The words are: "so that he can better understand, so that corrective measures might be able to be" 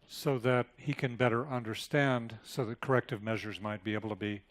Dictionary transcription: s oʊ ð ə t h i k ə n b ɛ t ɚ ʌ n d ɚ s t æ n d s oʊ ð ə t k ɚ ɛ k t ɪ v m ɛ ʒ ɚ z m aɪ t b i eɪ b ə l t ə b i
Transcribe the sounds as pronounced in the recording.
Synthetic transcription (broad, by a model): s oʊ ð ə t h i k ə n b ɛ t ɚ ʌ n d ɚ s t æ n d s oʊ ð ə t k ɚ ɛ k t ɪ v m ɛ ʒ ɚ z m aɪ t b i eɪ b l t ə b i